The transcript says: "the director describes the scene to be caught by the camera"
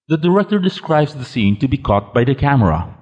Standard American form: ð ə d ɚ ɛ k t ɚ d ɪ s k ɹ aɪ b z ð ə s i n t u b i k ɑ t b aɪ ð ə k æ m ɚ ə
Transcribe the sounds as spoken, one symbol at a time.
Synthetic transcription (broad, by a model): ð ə d ɚ ɛ k t ɚ d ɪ s k ɹ aɪ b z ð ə s i n t u b i k ɑ t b aɪ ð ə k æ m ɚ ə